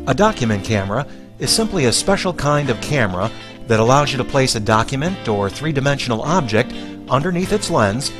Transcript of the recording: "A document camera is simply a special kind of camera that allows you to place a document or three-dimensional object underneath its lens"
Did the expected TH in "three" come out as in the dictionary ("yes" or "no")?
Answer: yes